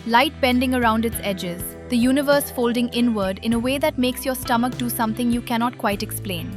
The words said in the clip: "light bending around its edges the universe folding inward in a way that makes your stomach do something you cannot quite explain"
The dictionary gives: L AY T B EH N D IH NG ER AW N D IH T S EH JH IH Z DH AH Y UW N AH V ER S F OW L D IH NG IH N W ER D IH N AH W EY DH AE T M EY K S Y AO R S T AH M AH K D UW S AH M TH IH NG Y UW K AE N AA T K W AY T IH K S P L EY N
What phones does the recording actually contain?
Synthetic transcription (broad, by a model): L AY T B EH N D IH NG ER AW N D IH T S EH JH IH Z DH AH Y UW N AH V ER S F OW L D IH NG IH N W ER D IH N AH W EY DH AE T M EY K S Y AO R S T AH M AH K D UW S AH M T IH NG Y UW K AE N AA T K W AY T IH K S P L EY N